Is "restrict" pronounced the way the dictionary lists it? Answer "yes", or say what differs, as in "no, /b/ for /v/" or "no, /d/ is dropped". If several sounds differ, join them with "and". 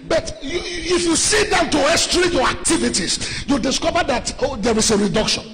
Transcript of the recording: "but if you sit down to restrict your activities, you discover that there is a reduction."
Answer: no, /k/ is dropped